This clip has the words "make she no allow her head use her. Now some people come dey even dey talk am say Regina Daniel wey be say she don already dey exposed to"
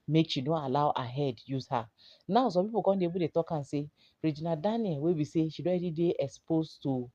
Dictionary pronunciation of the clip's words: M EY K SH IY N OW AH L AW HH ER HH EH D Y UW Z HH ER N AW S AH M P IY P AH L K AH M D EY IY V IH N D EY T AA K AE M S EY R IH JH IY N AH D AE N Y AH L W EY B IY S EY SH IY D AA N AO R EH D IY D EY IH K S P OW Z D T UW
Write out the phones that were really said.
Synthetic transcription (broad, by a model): M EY K SH IY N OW AH L AW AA HH EH D Y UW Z HH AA N AW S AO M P IY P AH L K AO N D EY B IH D EY T AA K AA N S EY R IH JH IY N AH D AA N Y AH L W EY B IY S EY SH IY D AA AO EH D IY D EY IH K S P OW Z T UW